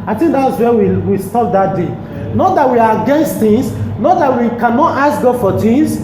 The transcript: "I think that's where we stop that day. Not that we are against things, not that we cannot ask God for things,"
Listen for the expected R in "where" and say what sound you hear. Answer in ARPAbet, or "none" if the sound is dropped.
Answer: W